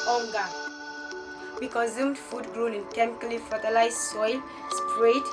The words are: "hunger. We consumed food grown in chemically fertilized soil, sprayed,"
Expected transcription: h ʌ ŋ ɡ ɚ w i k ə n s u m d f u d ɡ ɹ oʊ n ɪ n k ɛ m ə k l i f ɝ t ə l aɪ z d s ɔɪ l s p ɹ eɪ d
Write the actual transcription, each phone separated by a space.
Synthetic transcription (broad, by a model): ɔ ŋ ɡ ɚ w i k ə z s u m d f u d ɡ ɹ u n ɪ n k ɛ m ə k l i f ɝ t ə l aɪ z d s ɔɪ l s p ɹ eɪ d